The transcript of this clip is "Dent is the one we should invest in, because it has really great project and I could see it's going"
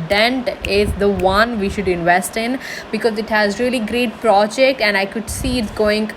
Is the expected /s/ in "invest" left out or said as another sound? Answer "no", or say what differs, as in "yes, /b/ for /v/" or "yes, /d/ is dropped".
no